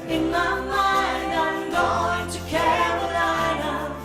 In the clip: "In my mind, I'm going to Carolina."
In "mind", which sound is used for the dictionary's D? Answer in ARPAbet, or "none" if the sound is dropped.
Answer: none